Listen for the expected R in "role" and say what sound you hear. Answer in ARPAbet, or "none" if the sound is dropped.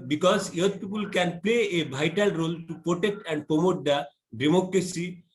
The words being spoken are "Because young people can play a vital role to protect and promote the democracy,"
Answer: R